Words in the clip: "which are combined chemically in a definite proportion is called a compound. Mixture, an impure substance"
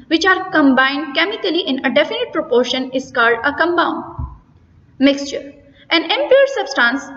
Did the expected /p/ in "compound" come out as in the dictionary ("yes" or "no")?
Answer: no